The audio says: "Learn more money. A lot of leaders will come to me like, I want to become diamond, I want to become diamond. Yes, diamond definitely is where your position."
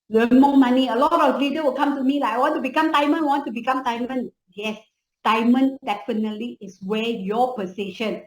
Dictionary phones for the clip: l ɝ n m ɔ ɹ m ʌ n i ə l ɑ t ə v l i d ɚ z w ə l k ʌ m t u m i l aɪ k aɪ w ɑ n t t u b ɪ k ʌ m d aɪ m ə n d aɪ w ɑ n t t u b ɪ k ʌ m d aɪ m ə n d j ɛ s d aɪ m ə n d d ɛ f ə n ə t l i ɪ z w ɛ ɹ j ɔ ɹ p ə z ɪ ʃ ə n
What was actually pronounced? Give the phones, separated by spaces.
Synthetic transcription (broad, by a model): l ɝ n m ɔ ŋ m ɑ n i ə l ɑ t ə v l i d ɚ w ə l k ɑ m t u m i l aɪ aɪ w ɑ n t t u b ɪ k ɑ m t aɪ m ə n aɪ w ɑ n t t u b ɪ k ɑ m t aɪ m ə n j ɛ s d aɪ m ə n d d ɛ f ə n ə t l i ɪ s w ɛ j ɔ p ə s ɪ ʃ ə n